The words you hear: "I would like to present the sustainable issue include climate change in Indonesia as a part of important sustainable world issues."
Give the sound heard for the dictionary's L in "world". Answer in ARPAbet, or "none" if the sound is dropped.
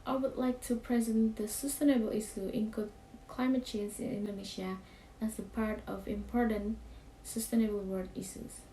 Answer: none